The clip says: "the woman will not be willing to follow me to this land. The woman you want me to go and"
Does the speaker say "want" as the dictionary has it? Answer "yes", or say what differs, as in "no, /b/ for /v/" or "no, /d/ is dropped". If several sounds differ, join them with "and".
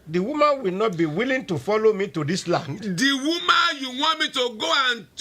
no, /n/ is dropped